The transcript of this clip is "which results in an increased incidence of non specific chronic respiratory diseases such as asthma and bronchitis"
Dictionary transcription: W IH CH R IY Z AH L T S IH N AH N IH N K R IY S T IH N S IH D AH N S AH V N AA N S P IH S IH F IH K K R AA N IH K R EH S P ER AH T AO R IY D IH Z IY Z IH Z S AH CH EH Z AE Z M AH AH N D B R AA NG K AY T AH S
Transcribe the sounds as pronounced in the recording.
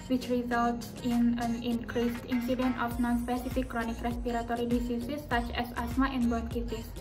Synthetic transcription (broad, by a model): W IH CH R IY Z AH L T S IH N AH N IH N K R IY S T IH N S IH D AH N AH F N AA N S P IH S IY F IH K K R AA N IH K R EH S P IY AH T AO R IY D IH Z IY S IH S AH CH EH S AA S M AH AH N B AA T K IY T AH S